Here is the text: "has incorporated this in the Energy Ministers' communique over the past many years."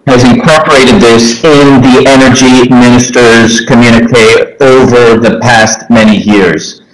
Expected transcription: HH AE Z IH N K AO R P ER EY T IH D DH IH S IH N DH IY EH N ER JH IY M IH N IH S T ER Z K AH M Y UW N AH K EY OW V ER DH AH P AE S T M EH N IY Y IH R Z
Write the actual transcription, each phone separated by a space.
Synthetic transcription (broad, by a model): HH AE Z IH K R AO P ER EY T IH D DH IH S IH N DH IY EH N ER JH IY M IH N IH S T ER Z K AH M Y UW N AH K EY OW V ER DH AH P AE S T M EH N IY Y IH R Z